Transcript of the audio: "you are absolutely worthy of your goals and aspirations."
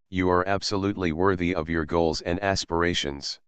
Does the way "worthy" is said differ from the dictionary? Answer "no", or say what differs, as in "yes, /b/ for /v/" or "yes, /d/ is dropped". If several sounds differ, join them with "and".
no